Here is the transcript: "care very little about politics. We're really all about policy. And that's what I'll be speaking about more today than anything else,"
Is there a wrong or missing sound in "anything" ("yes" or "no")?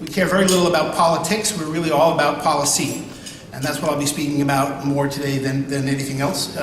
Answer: no